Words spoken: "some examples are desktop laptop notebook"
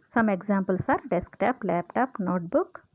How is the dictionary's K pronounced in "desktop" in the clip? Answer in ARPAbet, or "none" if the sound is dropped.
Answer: K